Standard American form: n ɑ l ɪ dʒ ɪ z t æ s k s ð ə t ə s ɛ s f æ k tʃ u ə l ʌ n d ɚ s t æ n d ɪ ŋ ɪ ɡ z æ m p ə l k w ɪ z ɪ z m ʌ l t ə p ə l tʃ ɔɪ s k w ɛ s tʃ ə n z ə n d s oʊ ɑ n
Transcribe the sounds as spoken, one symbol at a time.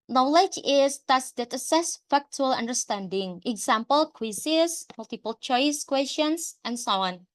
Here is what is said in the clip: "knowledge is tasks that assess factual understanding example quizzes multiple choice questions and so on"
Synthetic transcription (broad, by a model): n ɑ l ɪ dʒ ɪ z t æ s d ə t ə s ɛ s f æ k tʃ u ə l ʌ n d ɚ s t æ n d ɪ ŋ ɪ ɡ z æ m p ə l k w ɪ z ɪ s m ʌ l t ə p ə l tʃ ɔɪ s k w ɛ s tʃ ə n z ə n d s oʊ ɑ n